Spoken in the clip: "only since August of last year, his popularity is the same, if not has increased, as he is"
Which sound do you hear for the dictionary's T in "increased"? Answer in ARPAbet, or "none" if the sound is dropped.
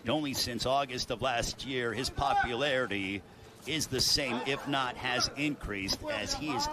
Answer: T